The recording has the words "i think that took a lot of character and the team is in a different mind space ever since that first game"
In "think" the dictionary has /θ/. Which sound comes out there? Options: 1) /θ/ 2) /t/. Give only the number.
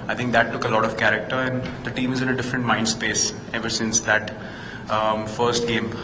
2